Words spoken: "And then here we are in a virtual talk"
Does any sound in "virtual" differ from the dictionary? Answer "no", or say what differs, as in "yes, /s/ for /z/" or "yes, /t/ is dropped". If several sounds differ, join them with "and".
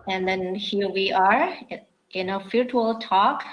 yes, /f/ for /v/